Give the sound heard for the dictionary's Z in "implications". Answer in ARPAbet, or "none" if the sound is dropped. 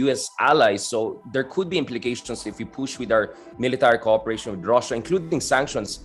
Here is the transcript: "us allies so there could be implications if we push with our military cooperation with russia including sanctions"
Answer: S